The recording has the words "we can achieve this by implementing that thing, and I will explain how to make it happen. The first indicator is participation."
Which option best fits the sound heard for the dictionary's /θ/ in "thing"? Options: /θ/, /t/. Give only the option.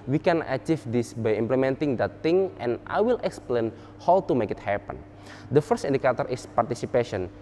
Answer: /t/